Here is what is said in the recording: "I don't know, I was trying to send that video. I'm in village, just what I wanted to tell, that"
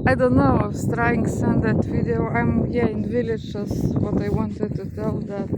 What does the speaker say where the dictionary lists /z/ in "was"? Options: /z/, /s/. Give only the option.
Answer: /s/